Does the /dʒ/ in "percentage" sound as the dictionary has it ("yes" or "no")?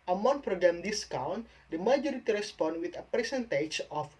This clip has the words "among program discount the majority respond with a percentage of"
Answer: no